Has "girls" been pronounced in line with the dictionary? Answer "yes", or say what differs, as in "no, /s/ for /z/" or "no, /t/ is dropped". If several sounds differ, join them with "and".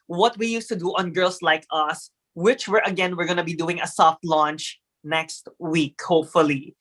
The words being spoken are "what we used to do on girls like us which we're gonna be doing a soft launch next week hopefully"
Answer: no, /s/ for /z/